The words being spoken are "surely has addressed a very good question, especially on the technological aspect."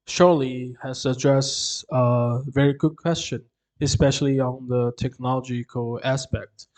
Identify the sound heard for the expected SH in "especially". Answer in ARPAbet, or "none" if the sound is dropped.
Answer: SH